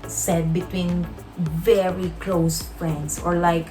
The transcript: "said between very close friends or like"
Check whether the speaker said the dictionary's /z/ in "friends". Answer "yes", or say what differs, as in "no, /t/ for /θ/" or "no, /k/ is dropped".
no, /s/ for /z/